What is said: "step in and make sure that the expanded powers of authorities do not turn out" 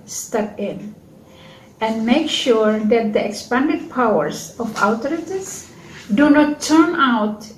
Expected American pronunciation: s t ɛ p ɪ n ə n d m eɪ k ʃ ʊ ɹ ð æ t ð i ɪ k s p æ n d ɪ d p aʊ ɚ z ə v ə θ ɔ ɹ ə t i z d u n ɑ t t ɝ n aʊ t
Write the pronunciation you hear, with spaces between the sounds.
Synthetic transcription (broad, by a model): s t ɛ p ɪ n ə n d m eɪ k ʃ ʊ ɹ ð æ t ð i ɪ k s p æ n d ɪ d p aʊ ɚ s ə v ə t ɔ ɹ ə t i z d u n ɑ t t ɝ n aʊ t